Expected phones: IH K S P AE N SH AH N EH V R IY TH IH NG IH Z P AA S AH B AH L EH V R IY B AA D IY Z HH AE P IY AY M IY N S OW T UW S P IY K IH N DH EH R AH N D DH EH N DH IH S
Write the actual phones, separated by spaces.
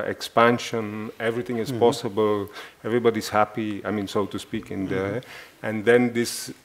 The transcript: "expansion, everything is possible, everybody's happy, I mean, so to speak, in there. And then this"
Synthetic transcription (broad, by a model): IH K S P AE N SH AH N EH V R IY T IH NG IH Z P AA S AH B AH L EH V R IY B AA D IY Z HH AE P IY AY M IY N S OW T UW S P IY K IH N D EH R AH N D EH N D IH S